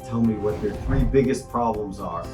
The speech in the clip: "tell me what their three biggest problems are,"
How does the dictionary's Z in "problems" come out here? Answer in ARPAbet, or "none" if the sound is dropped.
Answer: Z